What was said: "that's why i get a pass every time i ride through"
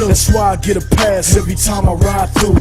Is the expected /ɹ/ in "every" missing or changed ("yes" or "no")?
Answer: yes